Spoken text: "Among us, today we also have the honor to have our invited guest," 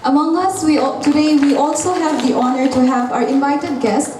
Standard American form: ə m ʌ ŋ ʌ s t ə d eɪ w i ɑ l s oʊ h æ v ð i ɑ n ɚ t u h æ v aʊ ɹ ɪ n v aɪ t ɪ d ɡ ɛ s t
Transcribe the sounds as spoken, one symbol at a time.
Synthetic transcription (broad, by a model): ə m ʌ ŋ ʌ s t ə d eɪ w i ɑ l s oʊ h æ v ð i ɑ n ɚ t u h æ v aʊ ɹ ɪ n v aɪ t ɪ d ɡ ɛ s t